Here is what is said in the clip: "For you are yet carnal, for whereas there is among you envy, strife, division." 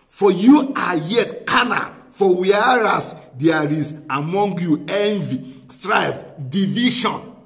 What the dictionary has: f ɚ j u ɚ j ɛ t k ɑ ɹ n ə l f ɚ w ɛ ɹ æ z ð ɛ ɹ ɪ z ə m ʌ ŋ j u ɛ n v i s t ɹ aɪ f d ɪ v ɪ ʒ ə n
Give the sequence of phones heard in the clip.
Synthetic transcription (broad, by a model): f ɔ j u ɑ j ɛ t k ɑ n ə f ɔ w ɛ ɹ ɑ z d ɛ ɹ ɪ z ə m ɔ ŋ j u ɛ n v i s t ɹ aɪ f d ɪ v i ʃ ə n